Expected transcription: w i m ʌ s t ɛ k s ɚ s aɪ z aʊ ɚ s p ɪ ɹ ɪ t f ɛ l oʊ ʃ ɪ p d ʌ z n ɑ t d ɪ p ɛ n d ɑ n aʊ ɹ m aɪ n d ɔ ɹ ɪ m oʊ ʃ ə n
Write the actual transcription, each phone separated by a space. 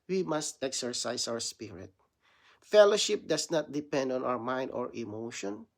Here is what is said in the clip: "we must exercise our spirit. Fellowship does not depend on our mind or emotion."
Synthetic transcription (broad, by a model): w i m ʌ s t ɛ k s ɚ s aɪ s aʊ ɚ s p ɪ ɹ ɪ t f ɛ l oʊ ʃ ɪ p d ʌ s n ɑ t d ɪ p ɛ n d ɑ n aʊ ɹ m aɪ n d ɔ ɹ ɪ m oʊ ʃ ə n